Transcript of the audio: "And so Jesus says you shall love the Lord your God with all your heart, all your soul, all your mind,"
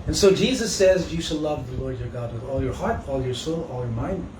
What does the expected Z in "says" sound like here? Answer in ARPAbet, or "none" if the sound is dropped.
Z